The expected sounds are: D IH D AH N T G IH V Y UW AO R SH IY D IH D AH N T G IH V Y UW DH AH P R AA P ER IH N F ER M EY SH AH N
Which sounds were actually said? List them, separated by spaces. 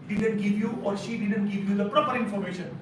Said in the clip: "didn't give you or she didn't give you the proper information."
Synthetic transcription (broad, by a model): D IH D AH N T G IH V Y UW AO R SH IY D IH D AH N T G IH V Y UW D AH P R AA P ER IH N F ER M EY SH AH N